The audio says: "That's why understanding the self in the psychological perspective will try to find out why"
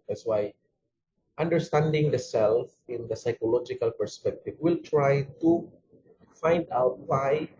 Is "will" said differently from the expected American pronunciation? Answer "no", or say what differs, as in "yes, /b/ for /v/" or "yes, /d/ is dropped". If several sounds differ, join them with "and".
no